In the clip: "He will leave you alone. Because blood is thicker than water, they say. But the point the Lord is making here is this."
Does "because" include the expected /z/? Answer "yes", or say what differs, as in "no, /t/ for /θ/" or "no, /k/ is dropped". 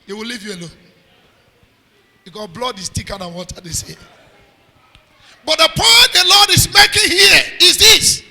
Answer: no, /z/ is dropped